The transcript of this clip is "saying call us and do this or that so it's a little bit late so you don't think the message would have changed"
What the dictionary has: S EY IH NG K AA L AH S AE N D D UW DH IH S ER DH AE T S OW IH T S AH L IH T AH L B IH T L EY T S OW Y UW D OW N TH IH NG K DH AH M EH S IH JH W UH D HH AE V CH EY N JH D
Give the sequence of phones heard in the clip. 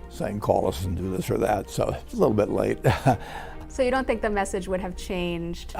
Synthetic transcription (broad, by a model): S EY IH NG K AA L AH S N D D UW DH IH S ER DH AE T S OW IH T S AH L IH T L B IH T L EY T S OW Y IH D OW N TH IH NG K DH AH M EH S IH JH W UH D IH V CH EY N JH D